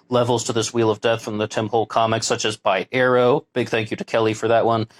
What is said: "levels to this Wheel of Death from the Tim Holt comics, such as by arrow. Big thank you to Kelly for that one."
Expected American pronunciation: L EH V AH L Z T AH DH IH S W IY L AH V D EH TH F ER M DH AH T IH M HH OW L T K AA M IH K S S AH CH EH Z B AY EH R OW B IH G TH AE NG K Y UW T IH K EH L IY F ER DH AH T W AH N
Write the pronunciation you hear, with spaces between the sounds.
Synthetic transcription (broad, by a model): L EH V L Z T AH DH IH S W IY L AH V D EH TH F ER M DH AH T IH M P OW L K AA M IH K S S AH CH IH Z B AY EH R OW B IH G TH AE NG K Y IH T IH K EH L IY F ER DH AH T W AH N